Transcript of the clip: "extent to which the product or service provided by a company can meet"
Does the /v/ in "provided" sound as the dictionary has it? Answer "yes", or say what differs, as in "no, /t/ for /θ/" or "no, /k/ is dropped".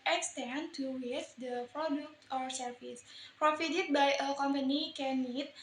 no, /f/ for /v/